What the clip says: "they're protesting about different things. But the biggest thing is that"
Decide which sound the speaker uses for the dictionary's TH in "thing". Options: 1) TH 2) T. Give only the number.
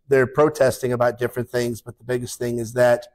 1